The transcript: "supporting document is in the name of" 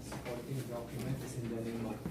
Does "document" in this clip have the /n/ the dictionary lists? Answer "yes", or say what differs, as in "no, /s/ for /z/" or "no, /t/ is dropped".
no, /n/ is dropped